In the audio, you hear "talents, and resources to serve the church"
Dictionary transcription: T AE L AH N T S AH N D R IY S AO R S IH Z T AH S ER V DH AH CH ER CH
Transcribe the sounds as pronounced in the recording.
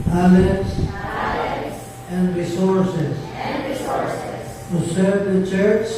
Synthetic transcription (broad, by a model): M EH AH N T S AH N D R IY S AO R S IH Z S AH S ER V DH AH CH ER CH